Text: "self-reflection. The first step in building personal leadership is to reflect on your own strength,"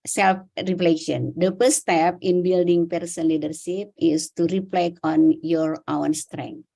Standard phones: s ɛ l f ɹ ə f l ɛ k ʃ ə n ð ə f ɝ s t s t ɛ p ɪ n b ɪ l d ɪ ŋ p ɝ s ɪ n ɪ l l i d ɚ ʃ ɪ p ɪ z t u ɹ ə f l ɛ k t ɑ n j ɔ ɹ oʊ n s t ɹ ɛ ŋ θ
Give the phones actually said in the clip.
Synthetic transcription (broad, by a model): s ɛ l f ɹ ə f l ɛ ʃ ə n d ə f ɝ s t s t ɛ p ɪ n b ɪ l d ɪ ŋ p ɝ s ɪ n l l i d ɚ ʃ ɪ p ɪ s t u ɹ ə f l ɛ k ɑ n j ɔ ɹ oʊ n s t ɹ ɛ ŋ